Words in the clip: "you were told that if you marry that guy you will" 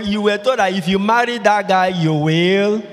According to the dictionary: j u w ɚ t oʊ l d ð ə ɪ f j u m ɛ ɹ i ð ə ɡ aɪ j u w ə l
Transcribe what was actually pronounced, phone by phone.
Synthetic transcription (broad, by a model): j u w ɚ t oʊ d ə ɪ f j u m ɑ ɹ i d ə ɡ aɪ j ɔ w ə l